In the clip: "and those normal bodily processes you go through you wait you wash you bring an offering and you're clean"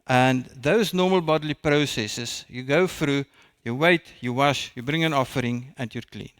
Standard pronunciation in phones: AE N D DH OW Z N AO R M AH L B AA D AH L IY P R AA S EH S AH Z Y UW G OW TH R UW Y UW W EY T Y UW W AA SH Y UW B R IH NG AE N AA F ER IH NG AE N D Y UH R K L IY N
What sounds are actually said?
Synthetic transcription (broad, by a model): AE N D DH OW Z N AO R M AH L B AA D AH L IY P R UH S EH S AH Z Y UW G OW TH R UW Y UW W EY T Y UW W AA SH Y UW B R IH NG AE N AA F ER IH NG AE N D Y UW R K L IY N